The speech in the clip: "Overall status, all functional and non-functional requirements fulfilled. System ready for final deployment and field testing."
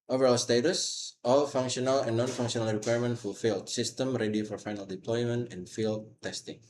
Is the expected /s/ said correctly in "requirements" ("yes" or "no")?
no